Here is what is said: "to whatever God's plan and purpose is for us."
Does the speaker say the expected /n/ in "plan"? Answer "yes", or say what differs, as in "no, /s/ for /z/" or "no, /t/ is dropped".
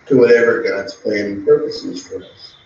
no, /n/ is dropped